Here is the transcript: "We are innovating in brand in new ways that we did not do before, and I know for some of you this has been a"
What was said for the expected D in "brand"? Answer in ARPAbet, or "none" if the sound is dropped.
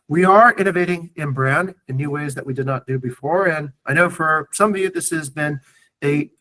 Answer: D